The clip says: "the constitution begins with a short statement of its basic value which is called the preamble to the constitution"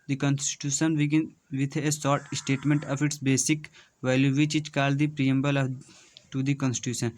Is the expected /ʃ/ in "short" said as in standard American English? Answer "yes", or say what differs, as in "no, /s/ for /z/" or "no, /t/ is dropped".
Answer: no, /s/ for /ʃ/